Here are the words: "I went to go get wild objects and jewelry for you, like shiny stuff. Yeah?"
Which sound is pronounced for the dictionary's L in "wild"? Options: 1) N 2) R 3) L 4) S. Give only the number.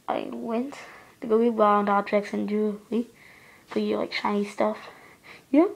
1